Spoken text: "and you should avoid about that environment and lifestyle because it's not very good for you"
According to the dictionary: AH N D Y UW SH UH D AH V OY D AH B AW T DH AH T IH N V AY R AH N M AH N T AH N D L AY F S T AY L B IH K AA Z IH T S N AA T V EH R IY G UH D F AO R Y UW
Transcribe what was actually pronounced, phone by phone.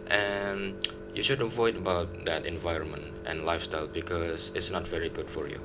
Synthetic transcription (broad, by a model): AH N Y UW SH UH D AH V OY D AH B AW T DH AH T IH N V AY R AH N M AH N T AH N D L AY F S T AY L B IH K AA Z IH T S N AA T V EH R IY G UH D F AO R Y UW